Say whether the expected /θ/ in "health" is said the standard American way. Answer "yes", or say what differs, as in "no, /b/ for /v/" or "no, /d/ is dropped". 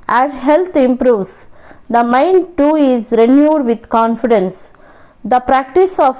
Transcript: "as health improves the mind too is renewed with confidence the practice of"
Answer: no, /t/ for /θ/